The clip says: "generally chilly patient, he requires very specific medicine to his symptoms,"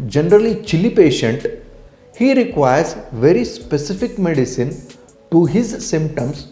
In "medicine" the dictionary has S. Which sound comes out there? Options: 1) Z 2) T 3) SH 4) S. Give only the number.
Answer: 4